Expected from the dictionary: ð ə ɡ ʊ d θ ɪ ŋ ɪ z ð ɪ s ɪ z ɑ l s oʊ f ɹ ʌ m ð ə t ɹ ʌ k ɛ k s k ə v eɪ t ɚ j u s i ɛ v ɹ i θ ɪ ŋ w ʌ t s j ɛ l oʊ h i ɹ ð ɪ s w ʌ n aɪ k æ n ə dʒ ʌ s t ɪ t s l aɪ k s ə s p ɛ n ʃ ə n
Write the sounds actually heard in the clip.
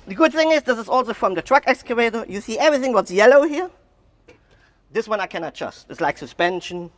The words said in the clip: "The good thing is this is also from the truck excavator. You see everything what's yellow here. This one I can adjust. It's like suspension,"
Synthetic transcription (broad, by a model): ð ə ɡ ʊ d θ ɪ ŋ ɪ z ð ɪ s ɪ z ɑ l s oʊ f ɹ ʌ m ð ə t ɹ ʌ k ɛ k s k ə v eɪ t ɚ j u s i ɛ v ɹ i θ ɪ ŋ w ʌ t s j ɛ l oʊ h i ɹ ð ɪ s w ʌ n aɪ k æ n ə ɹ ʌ s t ɪ t s l aɪ k s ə s p ɛ n ʃ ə n